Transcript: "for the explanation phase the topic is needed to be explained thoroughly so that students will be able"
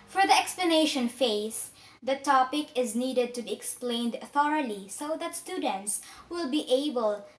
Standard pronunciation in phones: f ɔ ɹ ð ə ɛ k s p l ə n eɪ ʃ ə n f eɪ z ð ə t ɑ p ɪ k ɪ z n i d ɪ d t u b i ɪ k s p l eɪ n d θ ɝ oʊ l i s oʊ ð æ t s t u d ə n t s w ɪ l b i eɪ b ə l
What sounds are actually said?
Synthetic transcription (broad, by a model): f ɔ ɹ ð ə ɛ k s p l ə n eɪ ʃ ə n f eɪ s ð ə t ɑ p ɪ k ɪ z n i d ɪ d t u b i ɪ k s p l eɪ n d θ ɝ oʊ l i s oʊ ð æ t s t u d ə n t s w ɪ l b i eɪ b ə l